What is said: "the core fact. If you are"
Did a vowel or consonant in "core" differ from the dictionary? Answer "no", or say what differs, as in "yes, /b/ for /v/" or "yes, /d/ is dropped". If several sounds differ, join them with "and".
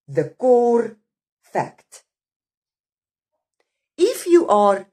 no